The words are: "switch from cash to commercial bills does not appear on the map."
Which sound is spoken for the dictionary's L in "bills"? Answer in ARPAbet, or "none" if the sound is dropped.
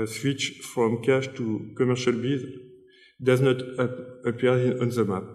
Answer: none